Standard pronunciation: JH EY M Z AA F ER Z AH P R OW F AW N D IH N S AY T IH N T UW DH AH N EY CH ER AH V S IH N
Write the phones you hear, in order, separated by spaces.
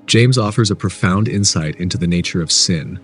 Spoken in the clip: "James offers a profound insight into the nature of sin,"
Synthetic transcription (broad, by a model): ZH EY M Z AA F ER Z AH P R OW F AW N D IH N S AY T IH N T UW DH AH N EY CH ER AH V S IH N